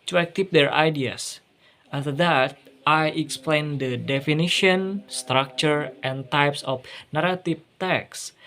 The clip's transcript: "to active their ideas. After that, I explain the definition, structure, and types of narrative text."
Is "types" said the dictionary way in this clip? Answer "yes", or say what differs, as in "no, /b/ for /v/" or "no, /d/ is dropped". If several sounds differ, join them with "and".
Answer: yes